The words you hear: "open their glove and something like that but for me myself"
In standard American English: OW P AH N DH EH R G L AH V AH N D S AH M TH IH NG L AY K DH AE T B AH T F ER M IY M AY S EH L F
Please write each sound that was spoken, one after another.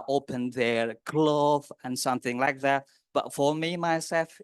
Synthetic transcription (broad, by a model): OW P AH N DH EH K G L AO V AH N S AH M TH IH NG L AY K DH AE T B AH T F ER M IY M AY S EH L F